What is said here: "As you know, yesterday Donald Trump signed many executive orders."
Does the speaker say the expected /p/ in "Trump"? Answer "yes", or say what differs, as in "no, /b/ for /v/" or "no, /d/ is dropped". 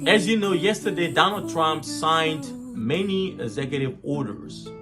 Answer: yes